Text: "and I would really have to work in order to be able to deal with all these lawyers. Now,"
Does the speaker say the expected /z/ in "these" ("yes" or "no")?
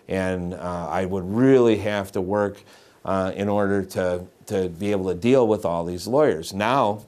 yes